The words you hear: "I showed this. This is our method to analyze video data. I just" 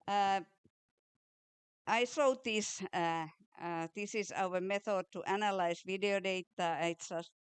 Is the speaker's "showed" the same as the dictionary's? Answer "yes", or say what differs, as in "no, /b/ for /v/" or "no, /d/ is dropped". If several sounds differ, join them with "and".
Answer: no, /s/ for /ʃ/